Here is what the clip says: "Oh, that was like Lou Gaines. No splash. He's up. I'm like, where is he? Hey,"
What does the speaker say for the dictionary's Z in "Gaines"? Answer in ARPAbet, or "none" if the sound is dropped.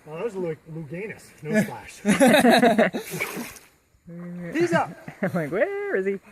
S